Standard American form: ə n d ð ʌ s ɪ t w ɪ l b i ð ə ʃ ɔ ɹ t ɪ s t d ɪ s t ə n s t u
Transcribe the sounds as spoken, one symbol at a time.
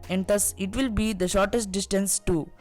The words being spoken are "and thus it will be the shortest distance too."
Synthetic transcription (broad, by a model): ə n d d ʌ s ɪ t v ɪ l b i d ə ʃ ɔ ɹ t ɪ s t d ɪ s t ə n s t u